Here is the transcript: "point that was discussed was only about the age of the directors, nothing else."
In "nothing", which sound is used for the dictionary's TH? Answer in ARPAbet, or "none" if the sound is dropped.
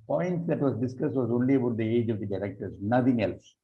T